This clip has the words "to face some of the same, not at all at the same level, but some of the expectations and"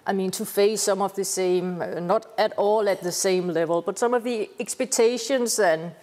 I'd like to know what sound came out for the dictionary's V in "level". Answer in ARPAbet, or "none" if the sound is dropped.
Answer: V